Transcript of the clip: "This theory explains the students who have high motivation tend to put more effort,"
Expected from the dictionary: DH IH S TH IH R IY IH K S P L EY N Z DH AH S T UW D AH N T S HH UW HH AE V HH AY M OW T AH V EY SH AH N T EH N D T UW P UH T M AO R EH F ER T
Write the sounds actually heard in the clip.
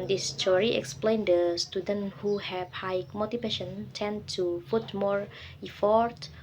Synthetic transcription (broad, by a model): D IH S T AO R IY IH K S P L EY N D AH S T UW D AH N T HH UW HH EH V HH AY M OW T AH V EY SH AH N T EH N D T UW F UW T M AO R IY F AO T